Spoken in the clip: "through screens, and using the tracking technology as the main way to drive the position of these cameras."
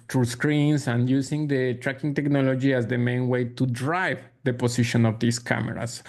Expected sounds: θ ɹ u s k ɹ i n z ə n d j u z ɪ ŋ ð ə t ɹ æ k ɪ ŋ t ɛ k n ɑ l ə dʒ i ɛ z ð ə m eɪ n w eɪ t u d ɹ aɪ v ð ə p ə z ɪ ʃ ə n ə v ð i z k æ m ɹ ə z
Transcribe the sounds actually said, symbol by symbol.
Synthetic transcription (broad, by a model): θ ɹ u s k ɹ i n s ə n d j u s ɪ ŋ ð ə t ɹ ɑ k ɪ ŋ t ɛ k n ɑ l ə dʒ i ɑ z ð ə m eɪ n w eɪ t u d ɹ aɪ v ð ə p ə s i ʃ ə n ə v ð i s k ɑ m ɹ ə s